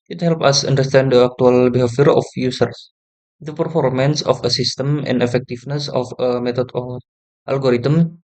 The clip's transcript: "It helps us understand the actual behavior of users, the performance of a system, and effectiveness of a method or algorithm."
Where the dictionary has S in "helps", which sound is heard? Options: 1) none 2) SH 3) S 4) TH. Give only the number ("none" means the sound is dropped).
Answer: 1